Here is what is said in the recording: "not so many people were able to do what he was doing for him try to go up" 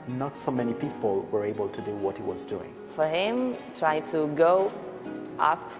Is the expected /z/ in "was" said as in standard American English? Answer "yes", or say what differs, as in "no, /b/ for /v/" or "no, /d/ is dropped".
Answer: yes